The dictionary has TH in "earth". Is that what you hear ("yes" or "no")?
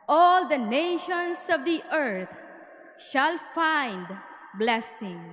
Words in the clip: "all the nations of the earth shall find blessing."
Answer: no